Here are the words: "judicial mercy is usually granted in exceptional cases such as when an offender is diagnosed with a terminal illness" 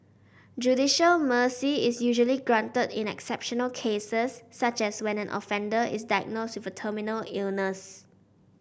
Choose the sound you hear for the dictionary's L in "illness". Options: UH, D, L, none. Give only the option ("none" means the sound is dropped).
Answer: L